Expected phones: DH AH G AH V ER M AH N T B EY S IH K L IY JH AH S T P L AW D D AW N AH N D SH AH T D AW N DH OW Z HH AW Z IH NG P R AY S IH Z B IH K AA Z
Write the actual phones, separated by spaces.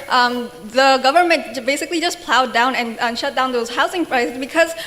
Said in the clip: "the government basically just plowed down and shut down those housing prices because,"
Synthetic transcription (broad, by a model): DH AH G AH V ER M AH N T B EY S IH K L IY JH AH S P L AW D D AW N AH N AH SH AH T D AW N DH OW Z HH AW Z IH NG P R AY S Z B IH K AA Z